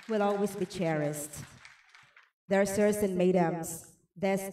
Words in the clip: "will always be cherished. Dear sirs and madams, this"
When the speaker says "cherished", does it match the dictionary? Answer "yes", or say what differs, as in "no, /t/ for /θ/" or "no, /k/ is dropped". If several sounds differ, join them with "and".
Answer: no, /s/ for /ʃ/